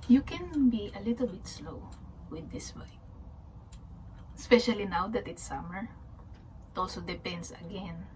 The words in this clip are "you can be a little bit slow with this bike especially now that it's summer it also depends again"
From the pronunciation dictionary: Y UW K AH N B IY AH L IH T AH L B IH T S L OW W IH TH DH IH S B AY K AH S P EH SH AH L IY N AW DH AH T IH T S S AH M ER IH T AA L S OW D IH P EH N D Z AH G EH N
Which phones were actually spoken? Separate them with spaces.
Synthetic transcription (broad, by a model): Y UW K AH N B IY AH L IH T AH L B IH T S L OW W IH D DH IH S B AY AH S P EH SH AH L IY N AW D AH T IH T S S AH M ER IH T AA L S OW D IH P EH N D S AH G EH N